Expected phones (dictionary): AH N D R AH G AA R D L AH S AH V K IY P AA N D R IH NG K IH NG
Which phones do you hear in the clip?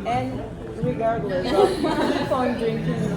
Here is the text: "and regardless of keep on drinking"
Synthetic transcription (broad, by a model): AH N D R AH G AA R D L AH S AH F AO IH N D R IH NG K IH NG